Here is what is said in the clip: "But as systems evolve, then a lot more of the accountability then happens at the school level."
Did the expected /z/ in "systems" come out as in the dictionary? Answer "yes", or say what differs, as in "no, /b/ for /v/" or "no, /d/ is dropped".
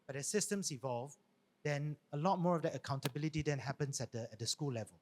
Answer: no, /s/ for /z/